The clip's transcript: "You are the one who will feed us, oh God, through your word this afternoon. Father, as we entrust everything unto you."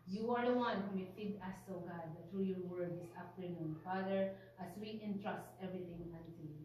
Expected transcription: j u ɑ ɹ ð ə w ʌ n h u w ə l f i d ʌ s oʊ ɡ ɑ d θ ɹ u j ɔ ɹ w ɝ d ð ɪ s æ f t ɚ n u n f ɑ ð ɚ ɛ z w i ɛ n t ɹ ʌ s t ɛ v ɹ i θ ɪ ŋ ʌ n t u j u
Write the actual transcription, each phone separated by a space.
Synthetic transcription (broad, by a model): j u ɑ ɹ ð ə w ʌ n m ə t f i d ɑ s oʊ ɡ ɑ d t ɹ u j ɔ ɹ w ɝ d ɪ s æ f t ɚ n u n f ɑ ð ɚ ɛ s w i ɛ n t ɹ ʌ s t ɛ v ɹ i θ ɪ ŋ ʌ n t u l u